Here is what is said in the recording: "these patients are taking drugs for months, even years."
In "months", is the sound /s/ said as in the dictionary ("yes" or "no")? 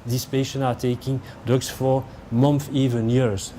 no